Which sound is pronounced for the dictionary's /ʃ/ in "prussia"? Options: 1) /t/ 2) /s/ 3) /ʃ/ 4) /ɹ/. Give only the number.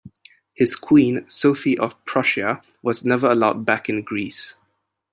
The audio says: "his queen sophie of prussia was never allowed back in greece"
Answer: 3